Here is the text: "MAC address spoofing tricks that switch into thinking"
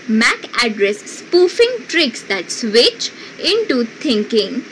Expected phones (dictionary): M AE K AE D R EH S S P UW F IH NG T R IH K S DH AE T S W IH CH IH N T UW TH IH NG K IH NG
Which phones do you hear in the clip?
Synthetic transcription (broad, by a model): M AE K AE D R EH S S P UW F IH NG T R IH K S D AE T S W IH CH IH N T UW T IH NG K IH NG